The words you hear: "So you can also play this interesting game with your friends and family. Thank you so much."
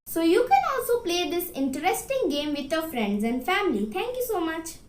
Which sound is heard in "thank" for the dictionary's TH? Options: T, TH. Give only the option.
T